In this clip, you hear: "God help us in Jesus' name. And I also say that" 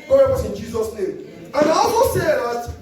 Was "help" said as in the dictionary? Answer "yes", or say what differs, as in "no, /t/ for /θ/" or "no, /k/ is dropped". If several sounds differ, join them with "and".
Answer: no, /l/ is dropped